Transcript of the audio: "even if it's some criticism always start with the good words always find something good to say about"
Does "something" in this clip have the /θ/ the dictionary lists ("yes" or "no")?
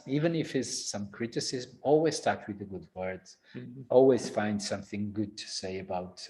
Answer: yes